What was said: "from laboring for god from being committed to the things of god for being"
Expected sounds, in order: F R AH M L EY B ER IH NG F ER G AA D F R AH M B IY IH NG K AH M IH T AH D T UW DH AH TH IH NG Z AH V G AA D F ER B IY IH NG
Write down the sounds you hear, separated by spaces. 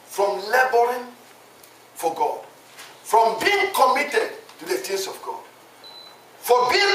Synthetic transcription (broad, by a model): F R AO M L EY B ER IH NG F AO G AA D F R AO M B IY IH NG K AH M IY T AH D T UW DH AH T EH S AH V G AA D F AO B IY